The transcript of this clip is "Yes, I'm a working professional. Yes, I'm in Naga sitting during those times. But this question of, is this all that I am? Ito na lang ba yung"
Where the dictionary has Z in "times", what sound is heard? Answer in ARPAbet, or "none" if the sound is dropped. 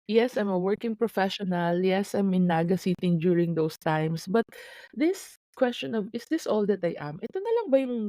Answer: S